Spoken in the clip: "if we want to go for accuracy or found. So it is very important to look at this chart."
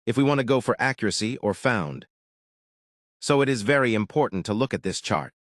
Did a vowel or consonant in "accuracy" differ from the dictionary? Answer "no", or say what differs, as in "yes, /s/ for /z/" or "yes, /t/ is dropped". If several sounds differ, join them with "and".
no